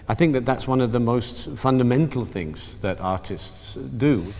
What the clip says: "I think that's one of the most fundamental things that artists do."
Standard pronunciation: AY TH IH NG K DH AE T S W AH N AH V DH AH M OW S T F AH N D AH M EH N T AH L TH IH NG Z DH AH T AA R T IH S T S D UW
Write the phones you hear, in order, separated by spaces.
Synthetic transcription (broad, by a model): AY TH IH NG K DH AE T S W AH N AH V DH AH M OW S T F AH N D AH M EH N T L TH IH NG Z DH AH T AA R T IH S T S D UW